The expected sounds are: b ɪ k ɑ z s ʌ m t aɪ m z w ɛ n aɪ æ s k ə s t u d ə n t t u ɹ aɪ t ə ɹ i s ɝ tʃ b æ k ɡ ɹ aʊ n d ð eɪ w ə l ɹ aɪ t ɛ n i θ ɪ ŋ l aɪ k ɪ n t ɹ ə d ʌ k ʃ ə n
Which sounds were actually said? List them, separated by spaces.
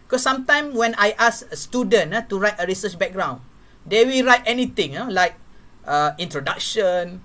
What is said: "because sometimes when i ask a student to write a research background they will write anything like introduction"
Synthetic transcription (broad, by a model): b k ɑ s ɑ m t aɪ m w ɛ n aɪ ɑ s ə s t u d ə n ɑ t u ɹ aɪ t ə ɹ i s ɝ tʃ b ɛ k ɡ ɹ aʊ n d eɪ w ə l ɹ aɪ t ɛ n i t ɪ ŋ l aɪ k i n t ɹ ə d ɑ k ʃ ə n